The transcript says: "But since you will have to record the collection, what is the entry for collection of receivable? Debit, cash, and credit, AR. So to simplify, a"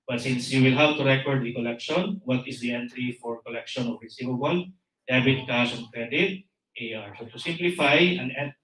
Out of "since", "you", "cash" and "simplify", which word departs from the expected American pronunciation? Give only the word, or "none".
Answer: cash